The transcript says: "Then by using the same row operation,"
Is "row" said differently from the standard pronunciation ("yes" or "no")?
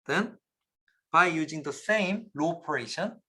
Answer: yes